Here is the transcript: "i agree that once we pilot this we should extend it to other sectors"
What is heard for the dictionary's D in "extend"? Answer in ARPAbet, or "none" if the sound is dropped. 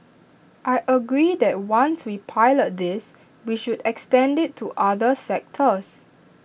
D